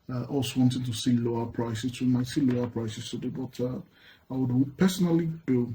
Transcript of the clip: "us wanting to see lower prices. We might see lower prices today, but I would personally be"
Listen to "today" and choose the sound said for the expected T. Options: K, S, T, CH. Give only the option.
S